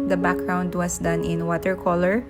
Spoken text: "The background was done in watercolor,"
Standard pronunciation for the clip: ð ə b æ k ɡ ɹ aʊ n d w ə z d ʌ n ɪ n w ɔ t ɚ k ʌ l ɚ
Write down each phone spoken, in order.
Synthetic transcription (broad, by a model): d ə b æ k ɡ ɹ aʊ n d w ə s d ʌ n ɪ n w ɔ t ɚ k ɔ l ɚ